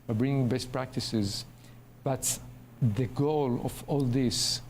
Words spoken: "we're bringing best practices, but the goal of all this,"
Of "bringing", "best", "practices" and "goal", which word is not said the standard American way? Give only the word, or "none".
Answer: none